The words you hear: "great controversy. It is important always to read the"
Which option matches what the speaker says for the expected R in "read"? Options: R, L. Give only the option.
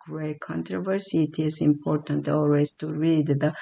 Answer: R